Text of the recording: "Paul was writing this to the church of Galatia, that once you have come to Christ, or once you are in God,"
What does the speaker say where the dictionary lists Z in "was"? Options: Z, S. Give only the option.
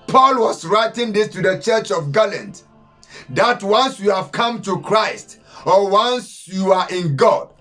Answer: S